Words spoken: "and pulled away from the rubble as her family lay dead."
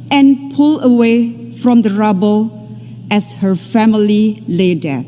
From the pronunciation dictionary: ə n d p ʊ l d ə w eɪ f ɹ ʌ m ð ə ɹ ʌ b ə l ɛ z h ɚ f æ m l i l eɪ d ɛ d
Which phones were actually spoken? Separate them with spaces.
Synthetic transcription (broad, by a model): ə n p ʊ l ə w eɪ f ɹ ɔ m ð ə ɹ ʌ b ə l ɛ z h ɚ f æ m l i l eɪ d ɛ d